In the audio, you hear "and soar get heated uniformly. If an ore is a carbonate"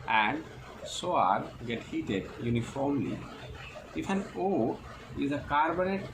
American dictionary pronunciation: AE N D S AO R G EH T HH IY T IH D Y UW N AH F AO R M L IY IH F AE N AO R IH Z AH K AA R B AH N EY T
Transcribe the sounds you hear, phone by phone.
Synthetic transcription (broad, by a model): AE N D S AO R G EH T HH IY T IH D Y UW N AH F AO R M L IY IH F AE N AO IH Z AH K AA R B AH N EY T